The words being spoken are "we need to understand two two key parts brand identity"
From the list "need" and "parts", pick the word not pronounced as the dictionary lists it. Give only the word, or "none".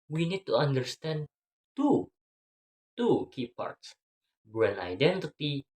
none